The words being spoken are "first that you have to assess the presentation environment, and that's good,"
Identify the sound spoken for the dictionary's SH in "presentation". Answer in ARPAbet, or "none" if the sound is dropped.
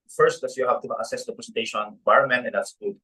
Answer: none